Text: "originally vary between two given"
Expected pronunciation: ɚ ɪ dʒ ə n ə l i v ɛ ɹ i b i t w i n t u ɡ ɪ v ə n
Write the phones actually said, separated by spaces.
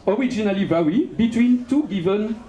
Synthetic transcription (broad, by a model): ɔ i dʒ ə n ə l i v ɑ w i b i t w i n t u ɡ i v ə n